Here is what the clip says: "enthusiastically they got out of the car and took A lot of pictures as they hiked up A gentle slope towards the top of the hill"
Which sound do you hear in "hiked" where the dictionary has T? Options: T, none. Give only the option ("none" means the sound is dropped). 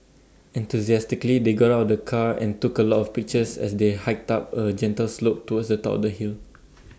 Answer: T